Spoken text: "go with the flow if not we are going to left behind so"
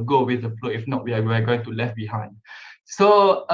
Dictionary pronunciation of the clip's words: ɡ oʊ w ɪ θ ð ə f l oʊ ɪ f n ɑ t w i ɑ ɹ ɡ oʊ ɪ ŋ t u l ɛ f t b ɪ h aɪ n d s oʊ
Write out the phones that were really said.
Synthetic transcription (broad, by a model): ɡ oʊ w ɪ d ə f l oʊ ɪ f n ɑ t w i ɑ w ɡ oʊ ɪ ŋ t u l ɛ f b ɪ h aɪ n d s oʊ